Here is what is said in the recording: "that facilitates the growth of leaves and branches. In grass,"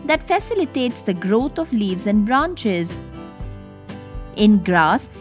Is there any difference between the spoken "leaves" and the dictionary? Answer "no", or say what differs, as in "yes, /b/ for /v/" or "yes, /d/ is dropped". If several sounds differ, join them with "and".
no